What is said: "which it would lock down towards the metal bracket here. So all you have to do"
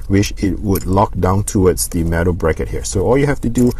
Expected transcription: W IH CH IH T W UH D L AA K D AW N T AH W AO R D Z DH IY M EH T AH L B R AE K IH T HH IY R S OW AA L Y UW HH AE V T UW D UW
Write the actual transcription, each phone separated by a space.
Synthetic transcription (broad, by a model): W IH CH IH T W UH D L AA K D AW N T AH W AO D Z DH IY M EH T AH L B R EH K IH T HH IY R S OW AA L Y UW HH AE F T UW D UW